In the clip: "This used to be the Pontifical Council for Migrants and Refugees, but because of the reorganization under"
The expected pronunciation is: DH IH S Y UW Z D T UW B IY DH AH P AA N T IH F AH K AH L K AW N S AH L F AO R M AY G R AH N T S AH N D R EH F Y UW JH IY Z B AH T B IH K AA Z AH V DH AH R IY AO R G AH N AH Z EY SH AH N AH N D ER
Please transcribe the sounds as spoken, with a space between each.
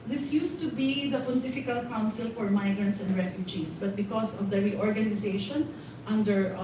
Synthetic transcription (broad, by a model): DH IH S Y UW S T UW B IY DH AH P AA N T IH F AH K AH L K AW N S AH L F AO R M AY G R AH N T S AH N D R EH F Y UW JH IY S B AH T B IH K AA S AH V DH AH R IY AO R G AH N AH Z EY SH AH N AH N D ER